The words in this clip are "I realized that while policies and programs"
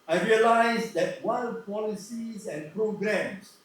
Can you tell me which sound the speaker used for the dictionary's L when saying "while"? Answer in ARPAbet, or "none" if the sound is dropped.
N